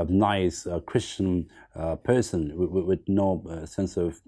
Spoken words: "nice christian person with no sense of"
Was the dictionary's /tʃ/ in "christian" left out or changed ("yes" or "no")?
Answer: no